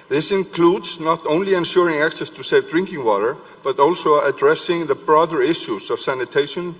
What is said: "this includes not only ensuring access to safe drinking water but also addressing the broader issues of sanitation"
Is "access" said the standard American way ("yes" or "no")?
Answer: yes